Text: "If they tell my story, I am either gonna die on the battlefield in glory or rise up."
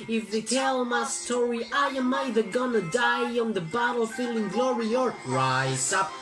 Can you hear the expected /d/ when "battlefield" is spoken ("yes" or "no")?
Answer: no